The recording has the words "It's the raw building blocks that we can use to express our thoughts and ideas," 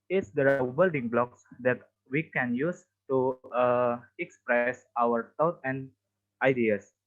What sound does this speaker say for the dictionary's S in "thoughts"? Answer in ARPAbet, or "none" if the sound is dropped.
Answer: none